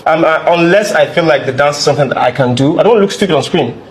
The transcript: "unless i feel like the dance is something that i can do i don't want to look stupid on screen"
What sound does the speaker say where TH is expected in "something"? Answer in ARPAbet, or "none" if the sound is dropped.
TH